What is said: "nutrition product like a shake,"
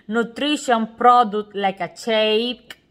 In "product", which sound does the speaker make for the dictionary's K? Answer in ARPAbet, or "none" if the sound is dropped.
none